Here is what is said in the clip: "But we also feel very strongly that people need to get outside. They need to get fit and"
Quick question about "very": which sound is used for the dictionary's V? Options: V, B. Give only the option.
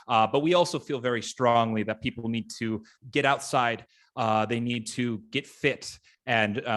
V